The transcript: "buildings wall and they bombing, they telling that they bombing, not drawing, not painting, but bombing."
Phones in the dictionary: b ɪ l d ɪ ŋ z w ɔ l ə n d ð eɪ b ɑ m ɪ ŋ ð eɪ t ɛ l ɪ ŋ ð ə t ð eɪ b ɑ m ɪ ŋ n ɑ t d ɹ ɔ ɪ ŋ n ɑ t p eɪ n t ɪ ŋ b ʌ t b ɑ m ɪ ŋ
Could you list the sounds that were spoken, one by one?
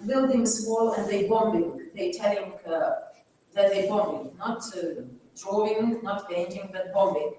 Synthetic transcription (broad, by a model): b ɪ l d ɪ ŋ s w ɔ l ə n ð eɪ b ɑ m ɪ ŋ ð eɪ t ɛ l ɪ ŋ ð ə t ð eɪ b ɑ m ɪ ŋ n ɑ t d ɹ ɔ ɪ ŋ n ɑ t b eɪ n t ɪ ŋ b ʌ t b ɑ m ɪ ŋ